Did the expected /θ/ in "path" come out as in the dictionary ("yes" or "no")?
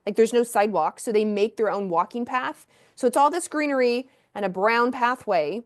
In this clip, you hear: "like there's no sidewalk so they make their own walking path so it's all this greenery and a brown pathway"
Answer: yes